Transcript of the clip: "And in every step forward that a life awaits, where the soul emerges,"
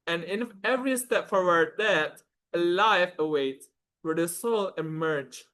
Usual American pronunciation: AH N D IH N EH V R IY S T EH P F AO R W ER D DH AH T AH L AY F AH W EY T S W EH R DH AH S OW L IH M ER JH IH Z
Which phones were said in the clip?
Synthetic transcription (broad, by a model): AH N IH N EH V R IY S T EH P F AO R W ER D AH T AH L AY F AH W EY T W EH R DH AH S OW L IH M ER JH